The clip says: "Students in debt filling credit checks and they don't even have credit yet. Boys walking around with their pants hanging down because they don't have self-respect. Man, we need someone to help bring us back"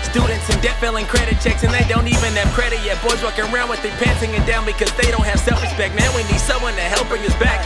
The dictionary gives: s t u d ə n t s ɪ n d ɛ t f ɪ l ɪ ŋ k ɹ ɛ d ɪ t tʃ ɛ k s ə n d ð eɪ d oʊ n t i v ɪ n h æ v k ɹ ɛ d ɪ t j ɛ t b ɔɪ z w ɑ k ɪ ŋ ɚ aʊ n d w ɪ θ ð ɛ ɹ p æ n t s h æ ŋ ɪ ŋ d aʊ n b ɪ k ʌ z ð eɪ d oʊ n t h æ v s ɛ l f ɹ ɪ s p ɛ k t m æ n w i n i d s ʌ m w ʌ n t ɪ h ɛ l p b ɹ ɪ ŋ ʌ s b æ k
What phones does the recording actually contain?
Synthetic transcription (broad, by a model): s t u d n t s ɪ n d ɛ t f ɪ l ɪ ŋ k ɹ ɛ d ɪ t tʃ ɛ k s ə n ð eɪ d oʊ n t i v ɪ n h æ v k ɹ ɛ d ɪ t j ɛ t b ɔɪ z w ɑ k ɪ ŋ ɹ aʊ n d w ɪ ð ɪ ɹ p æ n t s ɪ ŋ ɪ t d aʊ n b ɪ k ʌ z ð eɪ d oʊ n t h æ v s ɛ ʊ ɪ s b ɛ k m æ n w i n i d s ʌ m w ʌ n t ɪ h ɛ l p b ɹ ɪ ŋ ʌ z b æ k